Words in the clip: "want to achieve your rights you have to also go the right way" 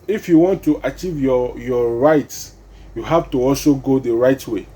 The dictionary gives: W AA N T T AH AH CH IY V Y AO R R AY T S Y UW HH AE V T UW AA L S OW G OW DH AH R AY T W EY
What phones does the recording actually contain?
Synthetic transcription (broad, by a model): W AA N T T AH CH IY V Y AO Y R AY T S Y UW HH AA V T UW AA L S OW G OW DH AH R AY T W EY